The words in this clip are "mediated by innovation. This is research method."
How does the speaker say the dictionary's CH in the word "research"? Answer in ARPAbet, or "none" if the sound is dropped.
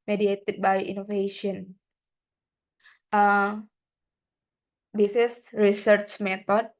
CH